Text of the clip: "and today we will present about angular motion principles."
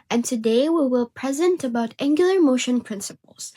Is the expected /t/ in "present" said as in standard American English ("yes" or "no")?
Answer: yes